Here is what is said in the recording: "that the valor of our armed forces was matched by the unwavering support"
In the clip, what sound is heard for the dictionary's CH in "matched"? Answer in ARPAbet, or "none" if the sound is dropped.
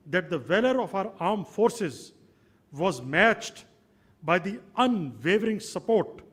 CH